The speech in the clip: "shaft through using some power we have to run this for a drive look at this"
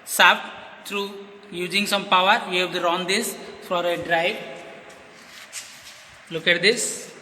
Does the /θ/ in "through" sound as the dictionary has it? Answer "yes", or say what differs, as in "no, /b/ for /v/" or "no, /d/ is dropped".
no, /t/ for /θ/